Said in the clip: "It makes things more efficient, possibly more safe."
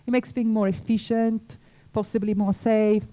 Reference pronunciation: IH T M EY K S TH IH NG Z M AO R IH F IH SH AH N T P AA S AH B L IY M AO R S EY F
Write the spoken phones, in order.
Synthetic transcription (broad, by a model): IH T M EY K S F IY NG M AO R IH F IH SH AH N T P AA S AH B L IY M AO R S EY F